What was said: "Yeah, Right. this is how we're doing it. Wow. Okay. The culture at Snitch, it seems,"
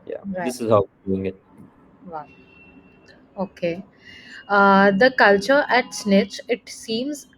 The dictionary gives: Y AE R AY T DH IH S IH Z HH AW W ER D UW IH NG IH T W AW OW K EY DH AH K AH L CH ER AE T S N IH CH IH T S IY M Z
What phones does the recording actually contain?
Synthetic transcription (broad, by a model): Y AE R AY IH S IH Z HH AW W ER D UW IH NG IH T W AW OW K EY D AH K AH L CH ER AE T S N IH CH IH T S IY M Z